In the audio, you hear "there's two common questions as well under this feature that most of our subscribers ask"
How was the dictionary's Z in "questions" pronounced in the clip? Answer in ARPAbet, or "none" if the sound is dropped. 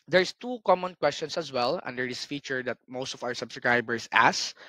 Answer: S